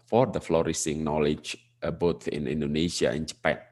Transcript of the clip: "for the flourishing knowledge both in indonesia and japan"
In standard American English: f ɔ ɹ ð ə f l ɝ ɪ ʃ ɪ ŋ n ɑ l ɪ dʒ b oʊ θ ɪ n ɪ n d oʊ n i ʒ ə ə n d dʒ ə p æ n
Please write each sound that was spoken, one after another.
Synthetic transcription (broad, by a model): f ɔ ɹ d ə f l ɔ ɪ s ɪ ŋ n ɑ l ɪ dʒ b oʊ t ɪ n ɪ n d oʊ n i ʃ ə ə n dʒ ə p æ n